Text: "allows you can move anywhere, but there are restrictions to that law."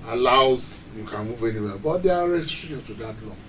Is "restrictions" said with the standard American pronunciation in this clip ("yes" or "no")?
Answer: no